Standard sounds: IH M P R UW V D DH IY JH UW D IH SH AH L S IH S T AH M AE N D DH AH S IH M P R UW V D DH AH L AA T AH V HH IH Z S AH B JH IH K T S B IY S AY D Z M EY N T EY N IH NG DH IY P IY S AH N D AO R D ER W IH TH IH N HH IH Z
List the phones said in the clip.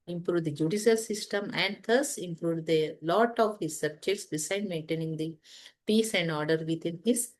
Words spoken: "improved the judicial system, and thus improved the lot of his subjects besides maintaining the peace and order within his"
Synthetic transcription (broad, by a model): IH M P R UW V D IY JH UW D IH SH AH L S IH S T AH M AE N D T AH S IH M P R UW V D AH L AA T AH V HH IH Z S AH B JH IH K T S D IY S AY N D M EY N T EY N IH NG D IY P IY S AH N D AO R D ER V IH T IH N HH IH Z